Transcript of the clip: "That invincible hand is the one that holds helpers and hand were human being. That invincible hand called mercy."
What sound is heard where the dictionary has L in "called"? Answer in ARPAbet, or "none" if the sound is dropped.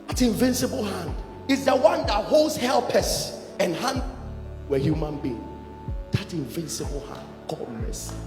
none